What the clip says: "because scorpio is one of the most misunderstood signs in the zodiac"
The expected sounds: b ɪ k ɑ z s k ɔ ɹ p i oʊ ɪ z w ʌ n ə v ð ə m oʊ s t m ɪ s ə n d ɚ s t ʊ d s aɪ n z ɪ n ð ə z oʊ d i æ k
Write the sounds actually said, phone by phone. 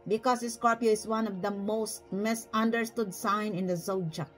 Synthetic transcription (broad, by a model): b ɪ k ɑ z s k ɔ ɹ p i oʊ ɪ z w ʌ n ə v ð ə m oʊ s t m ɪ s ə n d ɚ s t ʊ d s aɪ n ɪ n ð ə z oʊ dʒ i